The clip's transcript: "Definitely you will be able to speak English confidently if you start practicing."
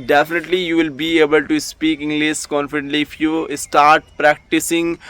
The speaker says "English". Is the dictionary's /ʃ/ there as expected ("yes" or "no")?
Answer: no